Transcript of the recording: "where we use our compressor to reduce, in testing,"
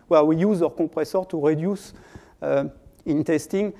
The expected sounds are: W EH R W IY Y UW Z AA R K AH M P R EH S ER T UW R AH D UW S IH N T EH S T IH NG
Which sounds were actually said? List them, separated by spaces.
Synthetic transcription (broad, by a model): W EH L W IY Y UW Z AA R K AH P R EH S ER T UW R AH D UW S IH N T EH S T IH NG